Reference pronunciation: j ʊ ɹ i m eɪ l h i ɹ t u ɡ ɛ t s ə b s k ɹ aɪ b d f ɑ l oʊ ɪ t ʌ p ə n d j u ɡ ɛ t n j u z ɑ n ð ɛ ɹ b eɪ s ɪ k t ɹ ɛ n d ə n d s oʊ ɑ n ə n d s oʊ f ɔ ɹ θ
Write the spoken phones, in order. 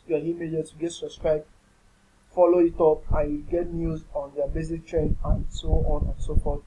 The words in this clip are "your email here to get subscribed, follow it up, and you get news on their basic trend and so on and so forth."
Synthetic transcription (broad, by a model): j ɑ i m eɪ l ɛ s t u ɡ ɛ t s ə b s k ɹ aɪ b f ɑ l oʊ ɪ t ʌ p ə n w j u ɡ ɛ t n j u z ɑ n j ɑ b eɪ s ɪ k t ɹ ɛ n ə n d s oʊ ɑ n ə n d s oʊ f ɔ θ